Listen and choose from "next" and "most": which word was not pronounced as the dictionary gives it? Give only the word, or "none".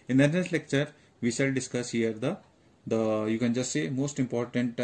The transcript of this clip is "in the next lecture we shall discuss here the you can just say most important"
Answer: next